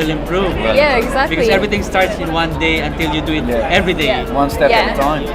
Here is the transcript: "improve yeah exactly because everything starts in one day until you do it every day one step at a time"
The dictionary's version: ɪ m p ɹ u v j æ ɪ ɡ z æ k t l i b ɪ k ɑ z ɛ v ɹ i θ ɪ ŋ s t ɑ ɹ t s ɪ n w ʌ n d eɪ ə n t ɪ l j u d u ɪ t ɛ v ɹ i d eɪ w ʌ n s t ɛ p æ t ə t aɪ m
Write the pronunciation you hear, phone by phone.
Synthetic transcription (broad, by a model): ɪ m p ɹ u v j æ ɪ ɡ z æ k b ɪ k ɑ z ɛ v ɹ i t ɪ ŋ s t ɑ ɹ t s ɪ n w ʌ n d eɪ ə n t ɪ l j u d u ɪ t ɛ v ɹ i d eɪ w ʌ n s t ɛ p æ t ə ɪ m